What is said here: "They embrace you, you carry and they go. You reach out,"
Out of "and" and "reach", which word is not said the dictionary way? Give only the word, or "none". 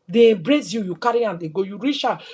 reach